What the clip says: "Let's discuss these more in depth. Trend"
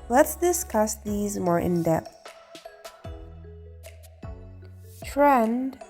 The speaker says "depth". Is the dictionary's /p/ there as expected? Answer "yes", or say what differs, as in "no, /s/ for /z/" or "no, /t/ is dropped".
yes